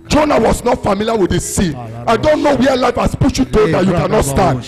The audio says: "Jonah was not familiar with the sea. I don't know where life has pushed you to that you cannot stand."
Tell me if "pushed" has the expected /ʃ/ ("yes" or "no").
no